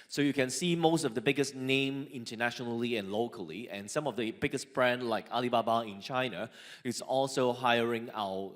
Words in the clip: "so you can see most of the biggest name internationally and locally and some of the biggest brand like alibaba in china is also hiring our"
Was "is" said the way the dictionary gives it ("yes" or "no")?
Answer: no